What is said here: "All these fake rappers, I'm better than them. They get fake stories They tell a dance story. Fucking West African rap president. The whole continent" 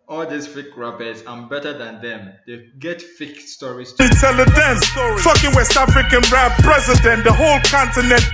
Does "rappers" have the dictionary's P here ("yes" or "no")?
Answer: no